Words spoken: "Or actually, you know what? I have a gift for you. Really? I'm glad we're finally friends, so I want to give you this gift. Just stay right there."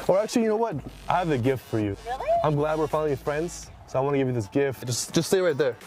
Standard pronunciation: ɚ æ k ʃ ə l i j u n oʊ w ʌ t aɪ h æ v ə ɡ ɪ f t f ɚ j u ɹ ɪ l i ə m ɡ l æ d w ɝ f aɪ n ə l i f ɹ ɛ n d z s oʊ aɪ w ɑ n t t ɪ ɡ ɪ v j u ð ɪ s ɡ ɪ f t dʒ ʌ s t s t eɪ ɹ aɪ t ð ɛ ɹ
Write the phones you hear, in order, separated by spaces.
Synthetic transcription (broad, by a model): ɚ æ k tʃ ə l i j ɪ n oʊ w ʌ t aɪ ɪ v ə ɡ ɪ f t f ɚ j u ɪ i ə m ɡ l æ d w ɝ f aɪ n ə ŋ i f ɹ ɛ n d z s oʊ aɪ w ɑ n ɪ ɡ ɪ v j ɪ ð ɪ s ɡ ɪ f t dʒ ʌ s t s t eɪ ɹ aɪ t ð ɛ ɹ